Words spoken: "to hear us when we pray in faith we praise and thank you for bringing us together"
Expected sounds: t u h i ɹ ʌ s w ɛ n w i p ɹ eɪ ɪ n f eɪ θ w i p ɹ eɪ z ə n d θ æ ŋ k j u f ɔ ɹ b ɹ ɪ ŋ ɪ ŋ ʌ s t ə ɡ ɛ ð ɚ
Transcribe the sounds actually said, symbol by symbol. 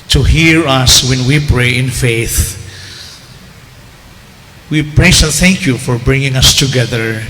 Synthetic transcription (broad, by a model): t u h i ɹ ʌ s w ɛ n w i p ɹ eɪ ɪ n f eɪ θ w i p ɹ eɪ s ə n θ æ ŋ k j u f ɔ ɹ b ɹ ɪ ŋ ɪ ŋ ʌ s t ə ɡ ɛ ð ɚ